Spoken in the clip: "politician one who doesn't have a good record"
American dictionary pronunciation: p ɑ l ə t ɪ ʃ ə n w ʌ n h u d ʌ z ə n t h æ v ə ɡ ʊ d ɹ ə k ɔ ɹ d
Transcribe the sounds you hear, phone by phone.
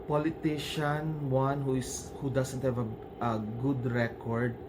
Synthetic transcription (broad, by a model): p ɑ l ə t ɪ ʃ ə n w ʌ n h u d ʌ s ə n t h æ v ə ɡ ʊ d ɹ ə k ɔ ɹ d